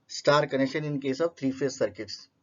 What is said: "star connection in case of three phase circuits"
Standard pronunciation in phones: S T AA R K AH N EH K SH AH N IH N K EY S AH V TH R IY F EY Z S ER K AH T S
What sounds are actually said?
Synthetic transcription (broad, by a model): S T AA R K AH N EH K SH AH N IH N K EY S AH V T R IY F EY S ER K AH T S